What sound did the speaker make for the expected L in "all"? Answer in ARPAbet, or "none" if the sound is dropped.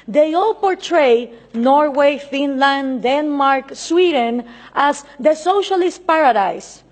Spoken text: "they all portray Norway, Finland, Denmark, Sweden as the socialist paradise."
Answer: L